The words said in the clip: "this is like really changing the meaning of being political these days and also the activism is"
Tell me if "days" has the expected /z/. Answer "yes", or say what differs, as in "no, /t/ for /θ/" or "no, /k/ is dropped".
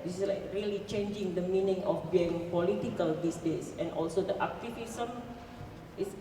no, /s/ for /z/